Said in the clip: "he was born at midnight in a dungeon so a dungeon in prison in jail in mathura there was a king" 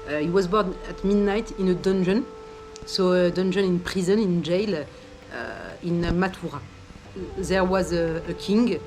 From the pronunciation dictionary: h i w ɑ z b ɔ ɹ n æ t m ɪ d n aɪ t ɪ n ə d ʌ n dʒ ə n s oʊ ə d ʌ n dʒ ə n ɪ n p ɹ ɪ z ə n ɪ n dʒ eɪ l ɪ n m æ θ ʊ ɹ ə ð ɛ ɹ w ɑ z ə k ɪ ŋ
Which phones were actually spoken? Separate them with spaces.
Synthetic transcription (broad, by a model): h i w ɑ z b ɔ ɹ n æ t m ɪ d n aɪ t ɪ n ə d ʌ n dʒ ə n s oʊ ə d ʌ n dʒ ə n ɪ n p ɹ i z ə n ɪ n dʒ eɪ l ɪ n m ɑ t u ɹ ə ð ɛ ɹ w ɑ z ə k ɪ ŋ